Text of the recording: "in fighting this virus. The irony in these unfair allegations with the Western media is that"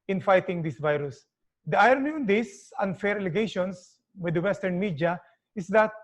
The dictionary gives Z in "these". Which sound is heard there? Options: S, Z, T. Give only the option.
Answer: S